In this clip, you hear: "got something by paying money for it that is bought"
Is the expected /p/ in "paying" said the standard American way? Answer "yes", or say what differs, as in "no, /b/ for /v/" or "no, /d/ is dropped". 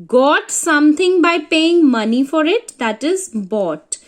yes